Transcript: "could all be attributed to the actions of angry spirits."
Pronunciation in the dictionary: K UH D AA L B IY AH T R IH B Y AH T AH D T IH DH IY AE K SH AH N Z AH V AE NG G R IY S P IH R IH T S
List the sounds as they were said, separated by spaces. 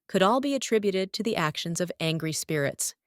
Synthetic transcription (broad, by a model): K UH D AA L B IY AH T R IH B Y AH T AH D T IH DH IY AE K SH AH N Z AH V AE NG G R IY S P IH R IH T S